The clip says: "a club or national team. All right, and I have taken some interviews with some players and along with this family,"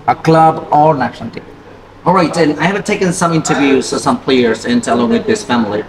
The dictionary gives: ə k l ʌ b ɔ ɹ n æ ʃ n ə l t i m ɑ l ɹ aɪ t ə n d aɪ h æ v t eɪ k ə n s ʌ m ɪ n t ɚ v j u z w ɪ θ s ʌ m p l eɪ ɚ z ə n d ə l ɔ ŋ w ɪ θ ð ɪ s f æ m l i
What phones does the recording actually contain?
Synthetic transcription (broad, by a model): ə k l ʌ b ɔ ɹ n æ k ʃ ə n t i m ɑ l ɹ aɪ t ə n aɪ h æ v t eɪ k ə n s ʌ m ɪ n t ɚ v j u z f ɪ s ʌ m p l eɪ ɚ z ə n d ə l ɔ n w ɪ ð ɪ s f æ m l i